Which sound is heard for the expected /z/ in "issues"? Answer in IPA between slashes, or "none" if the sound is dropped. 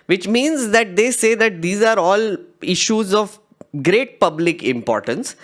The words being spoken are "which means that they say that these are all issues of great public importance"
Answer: /z/